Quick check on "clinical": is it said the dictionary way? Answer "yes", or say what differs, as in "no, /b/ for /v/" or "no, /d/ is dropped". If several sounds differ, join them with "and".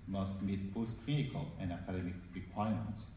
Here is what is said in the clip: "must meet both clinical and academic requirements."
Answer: no, /n/ is dropped